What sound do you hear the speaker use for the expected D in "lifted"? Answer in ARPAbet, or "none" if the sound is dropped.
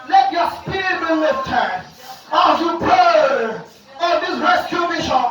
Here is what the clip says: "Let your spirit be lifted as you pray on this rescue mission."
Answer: none